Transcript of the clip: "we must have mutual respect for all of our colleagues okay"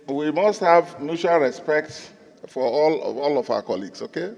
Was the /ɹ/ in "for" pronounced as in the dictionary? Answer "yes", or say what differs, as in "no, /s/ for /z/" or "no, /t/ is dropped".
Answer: no, /l/ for /ɹ/